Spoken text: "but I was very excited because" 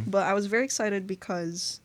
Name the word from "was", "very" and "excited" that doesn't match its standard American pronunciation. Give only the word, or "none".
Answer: none